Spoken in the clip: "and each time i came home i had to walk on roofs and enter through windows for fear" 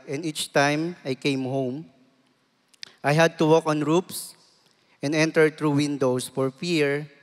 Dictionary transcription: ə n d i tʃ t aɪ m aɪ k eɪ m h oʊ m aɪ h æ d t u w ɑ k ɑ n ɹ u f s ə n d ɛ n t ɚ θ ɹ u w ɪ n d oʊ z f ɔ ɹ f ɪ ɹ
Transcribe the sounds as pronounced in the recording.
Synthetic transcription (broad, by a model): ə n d i tʃ t aɪ m aɪ k eɪ m h oʊ m aɪ h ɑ d t u w ɑ k ɑ n ɹ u p s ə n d ɛ n t ɚ t ɹ u w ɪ n d oʊ s f ɔ ɹ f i ɹ